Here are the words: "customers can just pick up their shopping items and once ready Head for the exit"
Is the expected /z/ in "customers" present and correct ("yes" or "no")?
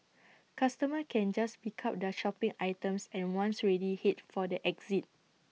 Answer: no